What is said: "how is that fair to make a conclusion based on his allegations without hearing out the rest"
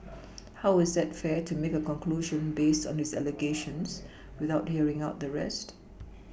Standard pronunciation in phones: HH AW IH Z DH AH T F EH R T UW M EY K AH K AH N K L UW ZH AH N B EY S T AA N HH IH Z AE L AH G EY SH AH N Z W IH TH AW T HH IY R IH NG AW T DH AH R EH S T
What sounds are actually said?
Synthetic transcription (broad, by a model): HH AW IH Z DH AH T F EH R T UW M EY K AH K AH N K L UW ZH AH N B EY S T AA N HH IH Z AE L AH G EY SH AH N S W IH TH AW T HH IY R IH NG AW T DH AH R EH S T